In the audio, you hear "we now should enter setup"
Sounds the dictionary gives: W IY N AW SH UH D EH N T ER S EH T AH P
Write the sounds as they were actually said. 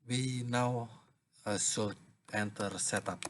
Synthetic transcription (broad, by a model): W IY N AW S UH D EH N T ER S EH T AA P